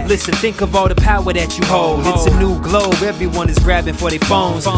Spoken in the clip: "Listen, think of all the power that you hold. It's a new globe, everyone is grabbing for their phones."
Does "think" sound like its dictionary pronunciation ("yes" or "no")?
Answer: yes